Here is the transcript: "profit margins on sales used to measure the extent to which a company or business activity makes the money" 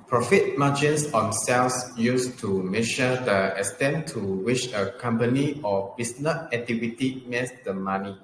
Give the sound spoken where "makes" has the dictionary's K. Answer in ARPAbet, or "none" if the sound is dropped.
none